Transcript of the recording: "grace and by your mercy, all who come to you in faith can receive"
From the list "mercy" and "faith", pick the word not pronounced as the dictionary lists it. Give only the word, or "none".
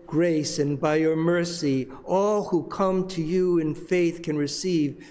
none